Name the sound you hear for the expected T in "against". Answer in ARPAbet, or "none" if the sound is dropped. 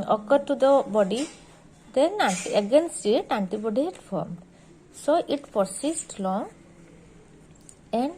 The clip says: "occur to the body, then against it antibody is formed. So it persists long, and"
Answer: none